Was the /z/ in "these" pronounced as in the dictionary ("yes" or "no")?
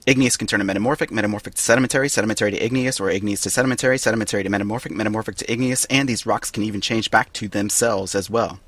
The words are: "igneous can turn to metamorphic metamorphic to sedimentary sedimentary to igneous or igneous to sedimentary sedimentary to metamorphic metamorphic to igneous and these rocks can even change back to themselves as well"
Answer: yes